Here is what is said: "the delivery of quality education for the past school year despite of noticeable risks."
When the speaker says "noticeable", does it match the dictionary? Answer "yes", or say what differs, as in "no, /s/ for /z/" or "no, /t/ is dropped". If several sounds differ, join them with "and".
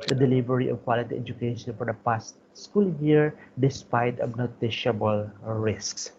no, /ʃ/ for /s/